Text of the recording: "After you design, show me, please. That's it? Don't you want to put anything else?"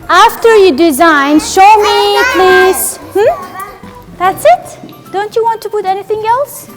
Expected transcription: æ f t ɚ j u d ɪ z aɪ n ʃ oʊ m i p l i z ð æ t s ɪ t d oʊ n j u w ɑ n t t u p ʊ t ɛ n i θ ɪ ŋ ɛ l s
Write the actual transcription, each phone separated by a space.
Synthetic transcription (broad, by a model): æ f t ɚ j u d ɪ z aɪ n ʃ oʊ m i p l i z ð æ t s ɪ t d oʊ n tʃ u w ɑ n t t u p ʊ t ɛ n i θ ɪ ŋ ɛ l s